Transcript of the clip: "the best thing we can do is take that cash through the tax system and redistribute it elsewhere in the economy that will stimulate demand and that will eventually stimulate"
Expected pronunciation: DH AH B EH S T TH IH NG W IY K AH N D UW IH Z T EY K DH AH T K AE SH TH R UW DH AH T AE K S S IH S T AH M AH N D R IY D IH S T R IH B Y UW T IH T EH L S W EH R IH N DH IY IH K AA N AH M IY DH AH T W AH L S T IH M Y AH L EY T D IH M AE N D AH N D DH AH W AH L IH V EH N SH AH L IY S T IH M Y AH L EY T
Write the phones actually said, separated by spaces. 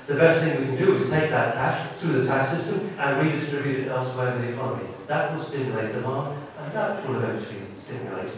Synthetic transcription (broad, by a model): DH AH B EH S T TH IH NG W IY K AH N D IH IH Z T EY K DH AH T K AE SH TH R UW DH AH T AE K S S IH S T AH M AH N R IY D IH S T R IH B Y UW T IH T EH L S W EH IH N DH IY IH K AA N AH M IY DH AH T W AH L S T IH M Y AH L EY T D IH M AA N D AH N DH AH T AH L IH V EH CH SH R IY S T IH M Y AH L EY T